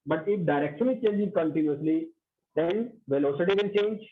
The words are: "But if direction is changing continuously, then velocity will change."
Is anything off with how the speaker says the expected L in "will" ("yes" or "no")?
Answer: yes